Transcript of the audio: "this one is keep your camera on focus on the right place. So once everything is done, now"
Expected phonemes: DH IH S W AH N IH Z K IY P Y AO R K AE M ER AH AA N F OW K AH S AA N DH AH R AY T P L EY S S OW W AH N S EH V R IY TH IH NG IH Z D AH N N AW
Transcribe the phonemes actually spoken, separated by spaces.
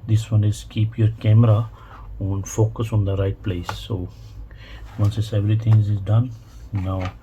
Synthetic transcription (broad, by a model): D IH S W AH N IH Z K IY P Y AO R K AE M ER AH AA N F OW K AH S AA N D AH R AY T P L EY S S OW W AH N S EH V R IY T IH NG IH Z D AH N N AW